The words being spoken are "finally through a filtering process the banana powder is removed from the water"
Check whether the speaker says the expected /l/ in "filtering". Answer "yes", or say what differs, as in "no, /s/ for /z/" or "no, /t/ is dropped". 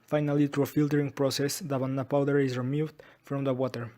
yes